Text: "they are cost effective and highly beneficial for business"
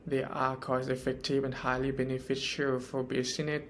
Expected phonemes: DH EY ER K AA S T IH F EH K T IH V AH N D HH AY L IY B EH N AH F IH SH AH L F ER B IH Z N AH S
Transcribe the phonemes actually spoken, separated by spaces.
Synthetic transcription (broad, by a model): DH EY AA K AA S IH F EH K T IH V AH N HH AY L IY B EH N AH F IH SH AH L F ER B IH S N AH